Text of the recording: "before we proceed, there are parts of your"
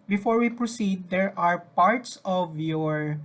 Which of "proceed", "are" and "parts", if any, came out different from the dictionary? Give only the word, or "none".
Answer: none